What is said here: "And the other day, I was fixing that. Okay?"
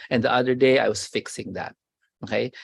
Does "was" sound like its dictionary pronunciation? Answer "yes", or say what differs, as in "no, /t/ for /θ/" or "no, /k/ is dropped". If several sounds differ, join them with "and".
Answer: no, /s/ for /z/